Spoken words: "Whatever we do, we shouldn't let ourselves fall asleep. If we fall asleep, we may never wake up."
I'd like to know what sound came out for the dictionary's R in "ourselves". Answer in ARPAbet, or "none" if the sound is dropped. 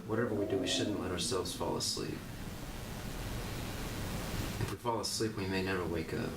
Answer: R